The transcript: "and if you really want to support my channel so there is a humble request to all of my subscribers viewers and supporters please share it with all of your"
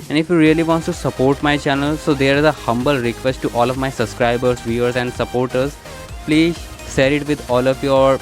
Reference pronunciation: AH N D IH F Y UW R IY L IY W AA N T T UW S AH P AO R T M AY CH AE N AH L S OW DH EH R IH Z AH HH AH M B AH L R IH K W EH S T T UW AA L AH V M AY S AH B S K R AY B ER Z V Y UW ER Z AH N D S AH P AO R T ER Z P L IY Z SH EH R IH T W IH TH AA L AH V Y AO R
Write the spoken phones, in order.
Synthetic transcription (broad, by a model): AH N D IH F Y UW R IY L IY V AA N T T UW S AH P AO R T M AY CH AE N AH L S OW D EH R IH Z AH HH AH M B AH L R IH K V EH S T T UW AA L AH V M AY S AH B S K R AY B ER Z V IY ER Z AH N D S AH P AO R T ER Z P L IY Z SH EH R IH T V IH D AA L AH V Y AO R